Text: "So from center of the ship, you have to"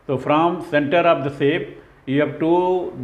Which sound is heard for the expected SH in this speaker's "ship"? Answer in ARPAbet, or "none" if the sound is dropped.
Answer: S